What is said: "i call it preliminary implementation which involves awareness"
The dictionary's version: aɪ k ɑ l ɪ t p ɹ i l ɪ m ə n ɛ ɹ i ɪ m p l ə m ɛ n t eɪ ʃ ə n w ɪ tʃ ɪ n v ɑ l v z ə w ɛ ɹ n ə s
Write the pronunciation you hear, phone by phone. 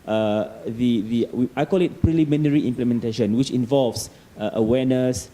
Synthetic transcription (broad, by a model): aɪ k ɑ l ɪ t p ɹ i l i m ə n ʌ ɹ i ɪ m p l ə m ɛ n t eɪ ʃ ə n w ɪ tʃ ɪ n v ɑ l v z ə w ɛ n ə s